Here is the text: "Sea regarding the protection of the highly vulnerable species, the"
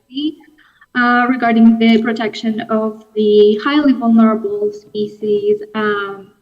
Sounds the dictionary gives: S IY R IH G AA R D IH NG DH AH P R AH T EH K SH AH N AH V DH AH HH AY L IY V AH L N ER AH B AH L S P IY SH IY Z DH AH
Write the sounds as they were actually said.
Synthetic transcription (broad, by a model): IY R IH G AA R D IH NG DH AH P R AH T EH K SH AH N AH V DH AH HH AY L IY V AH L N ER AH B AH L S P IY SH IY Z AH